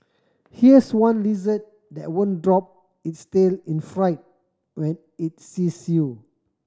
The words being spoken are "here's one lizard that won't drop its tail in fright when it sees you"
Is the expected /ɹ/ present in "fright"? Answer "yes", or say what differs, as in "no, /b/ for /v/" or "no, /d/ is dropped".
yes